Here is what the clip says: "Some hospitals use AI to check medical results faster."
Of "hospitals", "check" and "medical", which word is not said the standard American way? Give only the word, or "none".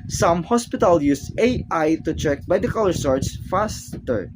hospitals